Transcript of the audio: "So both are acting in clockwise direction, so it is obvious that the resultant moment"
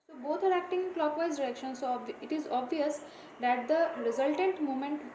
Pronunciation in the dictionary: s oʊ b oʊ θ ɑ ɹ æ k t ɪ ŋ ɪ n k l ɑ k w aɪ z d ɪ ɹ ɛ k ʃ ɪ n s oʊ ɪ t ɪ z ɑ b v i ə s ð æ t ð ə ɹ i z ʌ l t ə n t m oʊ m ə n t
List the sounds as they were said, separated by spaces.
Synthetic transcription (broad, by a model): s oʊ b oʊ t ɑ ɹ æ k t ɪ ŋ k l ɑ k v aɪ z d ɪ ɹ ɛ k ʃ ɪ n s oʊ ɪ t ɪ z ɑ b v i ə s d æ t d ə ɹ i z ʌ l t ə n t m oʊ m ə n t